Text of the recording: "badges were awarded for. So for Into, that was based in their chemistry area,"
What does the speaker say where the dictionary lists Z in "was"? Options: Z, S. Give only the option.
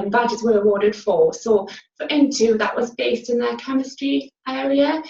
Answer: Z